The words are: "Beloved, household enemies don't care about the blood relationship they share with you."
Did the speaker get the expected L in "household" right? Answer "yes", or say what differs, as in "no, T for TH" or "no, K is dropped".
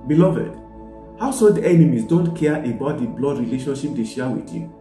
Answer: no, L is dropped